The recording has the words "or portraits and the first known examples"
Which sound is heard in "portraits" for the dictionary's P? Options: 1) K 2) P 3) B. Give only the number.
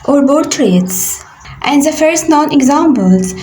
3